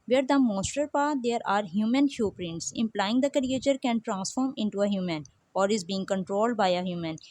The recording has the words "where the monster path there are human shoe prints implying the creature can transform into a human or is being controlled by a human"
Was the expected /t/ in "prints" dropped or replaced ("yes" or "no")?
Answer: no